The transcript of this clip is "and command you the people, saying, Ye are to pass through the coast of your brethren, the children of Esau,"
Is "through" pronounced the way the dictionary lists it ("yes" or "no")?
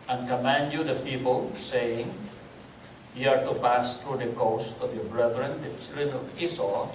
no